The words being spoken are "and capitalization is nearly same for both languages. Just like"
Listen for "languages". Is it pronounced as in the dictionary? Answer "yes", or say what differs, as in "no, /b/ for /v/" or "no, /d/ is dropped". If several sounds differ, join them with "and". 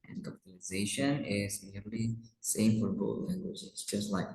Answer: no, /z/ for /dʒ/